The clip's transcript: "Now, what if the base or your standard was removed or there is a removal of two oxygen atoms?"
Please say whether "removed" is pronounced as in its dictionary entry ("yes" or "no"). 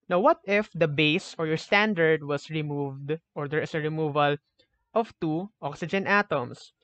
yes